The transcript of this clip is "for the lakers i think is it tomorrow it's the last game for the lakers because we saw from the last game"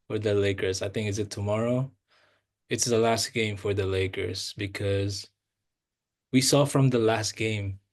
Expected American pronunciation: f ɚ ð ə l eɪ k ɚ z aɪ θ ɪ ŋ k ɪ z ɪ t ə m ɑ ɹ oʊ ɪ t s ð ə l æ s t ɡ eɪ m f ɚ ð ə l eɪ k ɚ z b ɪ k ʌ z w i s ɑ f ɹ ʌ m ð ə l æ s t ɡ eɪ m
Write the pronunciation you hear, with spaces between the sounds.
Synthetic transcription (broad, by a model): f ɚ ð ə l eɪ k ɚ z aɪ θ ɪ ŋ k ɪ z ɪ t ə m ɑ ɹ oʊ ɪ t s ð ə l æ s t ɡ eɪ m f ɚ ð ə l eɪ k ɚ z b ɪ k ʌ z w i s ɑ f ɹ ʌ m ð ə l æ s t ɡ eɪ m